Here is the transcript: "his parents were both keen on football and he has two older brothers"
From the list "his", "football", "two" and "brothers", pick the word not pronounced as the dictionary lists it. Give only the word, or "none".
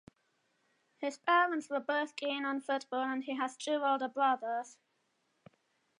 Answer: brothers